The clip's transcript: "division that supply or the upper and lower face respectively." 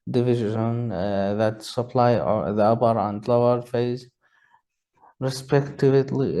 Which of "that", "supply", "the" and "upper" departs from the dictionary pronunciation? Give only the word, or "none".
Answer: upper